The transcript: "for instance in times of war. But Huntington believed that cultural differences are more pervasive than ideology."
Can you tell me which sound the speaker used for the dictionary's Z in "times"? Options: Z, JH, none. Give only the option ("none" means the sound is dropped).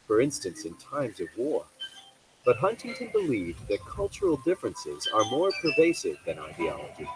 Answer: Z